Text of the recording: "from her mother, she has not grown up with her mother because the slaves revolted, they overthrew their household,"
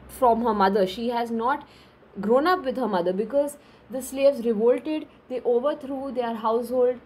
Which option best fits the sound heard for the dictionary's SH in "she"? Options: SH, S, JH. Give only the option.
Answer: SH